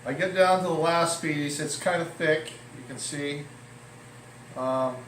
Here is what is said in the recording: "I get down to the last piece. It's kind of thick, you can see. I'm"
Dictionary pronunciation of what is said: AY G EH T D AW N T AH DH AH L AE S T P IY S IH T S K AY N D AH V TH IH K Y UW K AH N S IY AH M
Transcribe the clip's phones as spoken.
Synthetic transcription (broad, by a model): AY G EH T D AW N T AH DH AH L AE S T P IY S IH T S K AY N D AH TH IH K Y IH K AH N S IY AH M